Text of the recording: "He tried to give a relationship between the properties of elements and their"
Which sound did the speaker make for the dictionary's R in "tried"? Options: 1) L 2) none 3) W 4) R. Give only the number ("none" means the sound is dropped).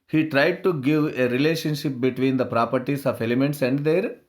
4